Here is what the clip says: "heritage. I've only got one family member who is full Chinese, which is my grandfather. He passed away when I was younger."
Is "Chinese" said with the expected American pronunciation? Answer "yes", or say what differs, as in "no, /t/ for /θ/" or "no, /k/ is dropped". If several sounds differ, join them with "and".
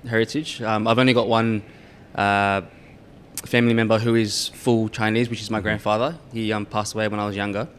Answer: yes